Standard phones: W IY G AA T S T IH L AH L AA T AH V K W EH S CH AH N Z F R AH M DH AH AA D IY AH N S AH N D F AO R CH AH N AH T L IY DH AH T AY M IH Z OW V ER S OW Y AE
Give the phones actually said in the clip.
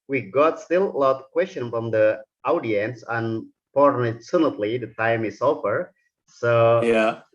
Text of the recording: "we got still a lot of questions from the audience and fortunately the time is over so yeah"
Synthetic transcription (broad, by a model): W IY G AA T S T IH L AH L AA T K W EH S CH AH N F R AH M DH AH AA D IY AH N S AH N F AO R S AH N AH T L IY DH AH T AY M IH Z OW F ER S OW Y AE